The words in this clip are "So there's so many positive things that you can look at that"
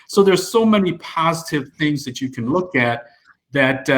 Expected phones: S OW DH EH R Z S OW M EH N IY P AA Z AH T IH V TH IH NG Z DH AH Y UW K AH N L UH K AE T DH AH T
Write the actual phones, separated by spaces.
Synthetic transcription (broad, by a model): S OW DH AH R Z S OW M EH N IY P AA Z AH T IH V TH IH NG Z DH AH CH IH K AH N L UH K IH T DH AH T